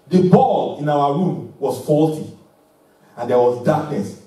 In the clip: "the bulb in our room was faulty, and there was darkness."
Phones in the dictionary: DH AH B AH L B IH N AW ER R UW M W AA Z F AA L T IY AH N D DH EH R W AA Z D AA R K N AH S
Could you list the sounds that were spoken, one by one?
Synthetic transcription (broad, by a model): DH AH B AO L IH N AW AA R UW M W AA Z F AA L T IY AH N D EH W AA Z D AA K N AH S